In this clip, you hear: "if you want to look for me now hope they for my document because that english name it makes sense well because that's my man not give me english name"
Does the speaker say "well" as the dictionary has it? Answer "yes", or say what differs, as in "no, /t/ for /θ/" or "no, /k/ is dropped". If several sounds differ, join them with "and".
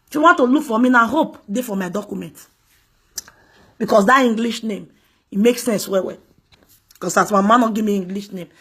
no, /w/ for /l/